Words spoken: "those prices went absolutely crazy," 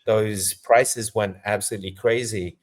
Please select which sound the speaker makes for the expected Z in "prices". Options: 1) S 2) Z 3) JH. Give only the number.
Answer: 2